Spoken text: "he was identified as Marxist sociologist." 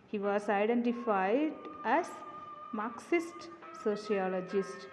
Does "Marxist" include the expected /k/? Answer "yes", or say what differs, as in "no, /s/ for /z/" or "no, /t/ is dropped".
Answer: yes